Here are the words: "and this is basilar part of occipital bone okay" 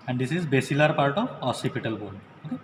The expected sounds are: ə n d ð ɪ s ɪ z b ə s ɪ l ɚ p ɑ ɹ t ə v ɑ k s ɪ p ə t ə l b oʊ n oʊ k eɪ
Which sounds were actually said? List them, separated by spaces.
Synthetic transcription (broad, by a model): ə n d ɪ s ɪ z b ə s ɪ l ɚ p ɑ ɹ t ə v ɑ s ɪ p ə t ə l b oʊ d oʊ k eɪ